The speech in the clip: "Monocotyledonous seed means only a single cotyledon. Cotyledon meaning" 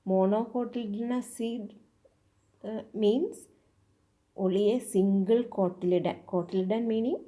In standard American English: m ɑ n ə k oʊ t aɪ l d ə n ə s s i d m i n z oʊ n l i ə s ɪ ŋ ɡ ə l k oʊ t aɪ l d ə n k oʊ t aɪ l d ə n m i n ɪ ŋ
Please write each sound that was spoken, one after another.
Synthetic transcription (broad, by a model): m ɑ n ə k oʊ t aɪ l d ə n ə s s i d m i n s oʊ l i ə s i ŋ ɡ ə l k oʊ t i l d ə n k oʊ t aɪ l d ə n m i n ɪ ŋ